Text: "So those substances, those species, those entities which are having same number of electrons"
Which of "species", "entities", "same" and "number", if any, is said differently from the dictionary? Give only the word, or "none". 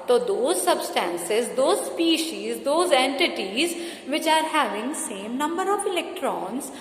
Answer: none